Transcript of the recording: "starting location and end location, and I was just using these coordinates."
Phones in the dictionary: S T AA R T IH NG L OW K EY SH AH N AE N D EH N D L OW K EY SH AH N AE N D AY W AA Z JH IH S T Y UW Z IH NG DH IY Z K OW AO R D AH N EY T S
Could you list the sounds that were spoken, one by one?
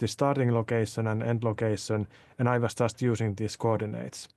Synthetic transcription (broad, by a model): S T AA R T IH NG L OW K EY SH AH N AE N EH N D L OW K EY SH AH N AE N AY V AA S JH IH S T Y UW S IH NG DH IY S K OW AO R D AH N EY T S